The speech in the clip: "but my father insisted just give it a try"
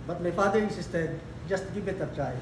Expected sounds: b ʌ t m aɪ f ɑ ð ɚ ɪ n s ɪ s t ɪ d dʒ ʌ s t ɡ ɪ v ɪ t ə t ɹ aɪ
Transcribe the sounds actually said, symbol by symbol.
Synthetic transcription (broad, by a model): b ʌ t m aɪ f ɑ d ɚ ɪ s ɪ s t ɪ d dʒ ʌ s t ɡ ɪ b ɪ t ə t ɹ aɪ